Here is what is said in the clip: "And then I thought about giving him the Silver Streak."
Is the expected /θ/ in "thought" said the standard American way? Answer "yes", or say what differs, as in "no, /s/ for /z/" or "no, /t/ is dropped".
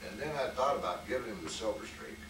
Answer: yes